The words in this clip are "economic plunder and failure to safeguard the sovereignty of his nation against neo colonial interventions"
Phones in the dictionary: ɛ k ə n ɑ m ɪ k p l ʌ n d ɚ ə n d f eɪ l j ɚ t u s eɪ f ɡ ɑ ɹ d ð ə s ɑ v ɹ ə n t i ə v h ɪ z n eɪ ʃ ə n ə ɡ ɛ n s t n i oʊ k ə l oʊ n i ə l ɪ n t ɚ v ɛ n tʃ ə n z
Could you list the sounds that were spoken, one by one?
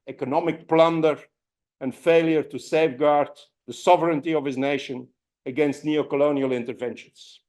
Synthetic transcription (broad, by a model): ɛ k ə n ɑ m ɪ k p l ʌ n d ɚ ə n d f eɪ l j ɚ t u s eɪ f ɡ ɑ ɹ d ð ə s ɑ v ɹ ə n t i ə v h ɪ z n eɪ ʃ ə n ə ɡ ɛ n s t n i oʊ k ə l oʊ n i ə l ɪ n t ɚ v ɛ n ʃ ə n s